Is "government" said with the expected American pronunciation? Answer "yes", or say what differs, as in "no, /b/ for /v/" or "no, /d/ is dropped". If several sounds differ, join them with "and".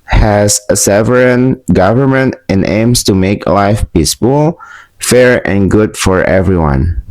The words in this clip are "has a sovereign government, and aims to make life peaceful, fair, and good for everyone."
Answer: yes